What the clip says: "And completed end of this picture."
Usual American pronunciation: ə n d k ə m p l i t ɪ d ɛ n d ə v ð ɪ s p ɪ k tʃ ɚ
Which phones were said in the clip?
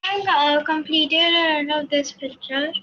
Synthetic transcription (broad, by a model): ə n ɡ k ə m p l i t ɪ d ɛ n ə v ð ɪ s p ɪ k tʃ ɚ